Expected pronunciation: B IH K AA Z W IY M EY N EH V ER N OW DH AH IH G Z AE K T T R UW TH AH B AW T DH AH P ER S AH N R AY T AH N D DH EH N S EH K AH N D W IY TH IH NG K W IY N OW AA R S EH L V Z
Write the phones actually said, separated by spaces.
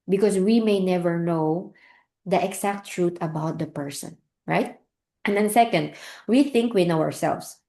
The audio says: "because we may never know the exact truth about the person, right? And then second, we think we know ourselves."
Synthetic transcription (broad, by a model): B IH K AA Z W IY M EY N EH V ER N OW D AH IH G S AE K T T R UW T AH B AW T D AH P ER S AH N R AY T AH N D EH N S EH K AH N D W IY TH IH NG K W IY N OW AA R S EH L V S